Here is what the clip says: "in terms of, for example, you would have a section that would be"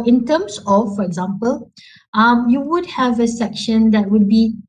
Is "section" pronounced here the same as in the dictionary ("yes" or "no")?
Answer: yes